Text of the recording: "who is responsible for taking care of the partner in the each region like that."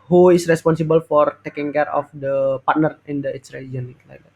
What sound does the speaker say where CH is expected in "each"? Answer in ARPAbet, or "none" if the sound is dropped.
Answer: S